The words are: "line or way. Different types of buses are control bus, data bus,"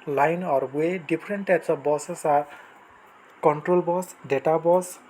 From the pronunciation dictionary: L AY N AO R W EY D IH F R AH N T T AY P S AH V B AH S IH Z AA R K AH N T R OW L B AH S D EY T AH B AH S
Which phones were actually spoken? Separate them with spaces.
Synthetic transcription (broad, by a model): L AY N AO R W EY D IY P R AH N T T AY P S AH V B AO S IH S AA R K AH N T R OW L B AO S D EY T AH B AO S